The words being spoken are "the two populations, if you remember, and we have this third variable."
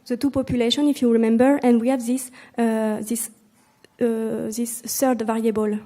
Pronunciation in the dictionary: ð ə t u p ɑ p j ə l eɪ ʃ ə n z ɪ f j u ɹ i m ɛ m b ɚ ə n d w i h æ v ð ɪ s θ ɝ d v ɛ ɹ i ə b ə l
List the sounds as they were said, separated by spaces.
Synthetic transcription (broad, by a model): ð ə t u p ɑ p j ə l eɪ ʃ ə n ɪ f j u ɹ i m ɛ m b ɚ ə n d w i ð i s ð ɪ s s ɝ d v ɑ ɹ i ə b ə l